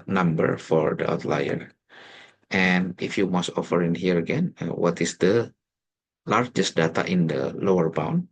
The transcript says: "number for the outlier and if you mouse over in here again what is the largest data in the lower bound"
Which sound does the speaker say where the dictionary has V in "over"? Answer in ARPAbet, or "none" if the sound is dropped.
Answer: F